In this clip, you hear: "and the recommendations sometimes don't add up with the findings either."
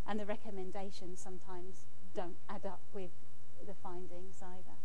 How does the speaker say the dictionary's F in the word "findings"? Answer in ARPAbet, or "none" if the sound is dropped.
F